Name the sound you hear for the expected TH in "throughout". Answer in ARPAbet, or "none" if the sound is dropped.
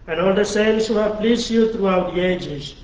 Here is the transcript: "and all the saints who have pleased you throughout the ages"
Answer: T